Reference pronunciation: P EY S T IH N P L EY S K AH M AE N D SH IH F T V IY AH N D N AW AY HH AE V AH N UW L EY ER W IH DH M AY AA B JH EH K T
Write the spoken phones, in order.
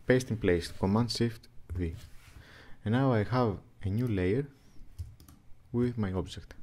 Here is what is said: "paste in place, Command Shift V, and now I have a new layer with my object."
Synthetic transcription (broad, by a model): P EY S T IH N P L EY S K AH M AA N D S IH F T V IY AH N N AW AY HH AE V AH N UW L EY ER W IH DH M AY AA B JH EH K T